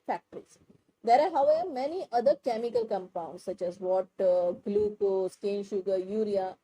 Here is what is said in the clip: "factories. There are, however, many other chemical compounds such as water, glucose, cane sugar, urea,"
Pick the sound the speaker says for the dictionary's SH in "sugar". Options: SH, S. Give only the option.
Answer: SH